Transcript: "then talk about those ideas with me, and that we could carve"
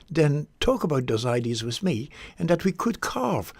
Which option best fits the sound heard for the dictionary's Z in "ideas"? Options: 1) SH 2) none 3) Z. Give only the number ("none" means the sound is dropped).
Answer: 3